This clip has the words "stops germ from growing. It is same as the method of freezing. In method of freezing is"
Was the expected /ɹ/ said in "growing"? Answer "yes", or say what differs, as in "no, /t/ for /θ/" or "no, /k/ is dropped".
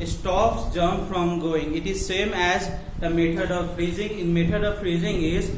no, /ɹ/ is dropped